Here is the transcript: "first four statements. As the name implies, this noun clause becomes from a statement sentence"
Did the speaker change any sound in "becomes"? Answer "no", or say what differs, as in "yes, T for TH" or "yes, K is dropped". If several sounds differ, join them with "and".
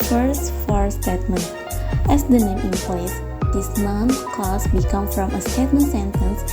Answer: yes, Z is dropped